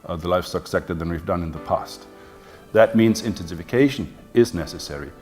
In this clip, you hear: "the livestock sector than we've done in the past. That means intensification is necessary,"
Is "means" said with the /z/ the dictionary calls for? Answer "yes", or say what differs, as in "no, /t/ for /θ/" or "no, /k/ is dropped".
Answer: yes